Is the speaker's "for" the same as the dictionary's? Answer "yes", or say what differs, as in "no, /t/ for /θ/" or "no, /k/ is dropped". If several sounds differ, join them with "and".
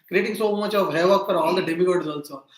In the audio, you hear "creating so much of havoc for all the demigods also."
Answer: no, /p/ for /f/